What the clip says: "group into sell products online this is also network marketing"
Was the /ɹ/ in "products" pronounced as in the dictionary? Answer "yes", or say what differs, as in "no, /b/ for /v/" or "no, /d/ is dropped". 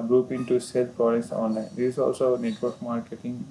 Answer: no, /ɹ/ is dropped